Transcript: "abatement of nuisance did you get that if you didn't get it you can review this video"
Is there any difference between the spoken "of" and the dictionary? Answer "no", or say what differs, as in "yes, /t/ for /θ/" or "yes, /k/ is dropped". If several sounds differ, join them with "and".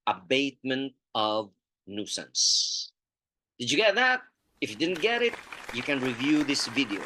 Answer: no